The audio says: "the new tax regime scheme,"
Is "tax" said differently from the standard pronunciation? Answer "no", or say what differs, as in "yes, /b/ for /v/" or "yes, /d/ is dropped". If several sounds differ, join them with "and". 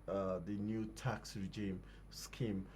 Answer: no